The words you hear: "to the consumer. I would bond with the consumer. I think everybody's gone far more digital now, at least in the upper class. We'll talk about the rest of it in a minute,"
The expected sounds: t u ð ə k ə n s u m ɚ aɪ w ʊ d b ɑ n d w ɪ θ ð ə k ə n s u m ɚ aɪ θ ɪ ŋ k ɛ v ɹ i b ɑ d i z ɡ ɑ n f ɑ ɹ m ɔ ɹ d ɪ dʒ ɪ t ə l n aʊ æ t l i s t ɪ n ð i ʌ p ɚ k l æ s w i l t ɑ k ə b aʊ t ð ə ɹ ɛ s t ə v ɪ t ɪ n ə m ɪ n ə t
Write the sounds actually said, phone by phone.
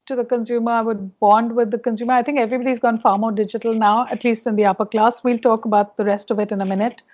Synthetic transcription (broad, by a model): t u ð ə k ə n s u m ɚ aɪ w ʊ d b ɑ n d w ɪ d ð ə k ə n s u m ɚ aɪ t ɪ ŋ k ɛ v ɹ i b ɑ d i z ɡ ɑ n f ɑ ɹ m ɔ ɹ d ɪ dʒ ɪ t ə l n aʊ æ t l i s t ɪ n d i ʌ p ɚ k l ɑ s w i l t ɑ k ə b aʊ t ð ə ɹ ɛ s t ə v ɪ t ɪ n ə m ɪ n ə t